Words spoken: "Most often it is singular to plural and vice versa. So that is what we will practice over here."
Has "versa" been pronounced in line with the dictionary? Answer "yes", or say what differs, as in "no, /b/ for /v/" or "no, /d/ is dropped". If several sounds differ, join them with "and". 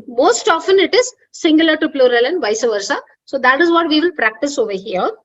yes